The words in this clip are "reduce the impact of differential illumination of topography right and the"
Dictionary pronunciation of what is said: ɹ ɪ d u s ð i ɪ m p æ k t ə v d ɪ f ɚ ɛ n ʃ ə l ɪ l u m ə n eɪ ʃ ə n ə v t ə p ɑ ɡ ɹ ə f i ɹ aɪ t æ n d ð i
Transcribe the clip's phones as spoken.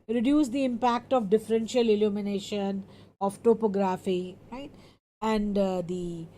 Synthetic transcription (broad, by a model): ɹ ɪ d u s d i ɪ m p æ k t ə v d ɪ f ɚ ɛ n ʃ ə l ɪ l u m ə n eɪ ʃ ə n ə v t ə p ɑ ɡ ɹ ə f i ɹ aɪ t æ n d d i